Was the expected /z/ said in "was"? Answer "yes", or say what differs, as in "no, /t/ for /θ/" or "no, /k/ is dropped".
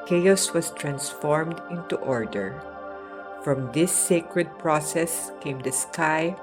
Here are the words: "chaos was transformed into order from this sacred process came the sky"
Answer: no, /s/ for /z/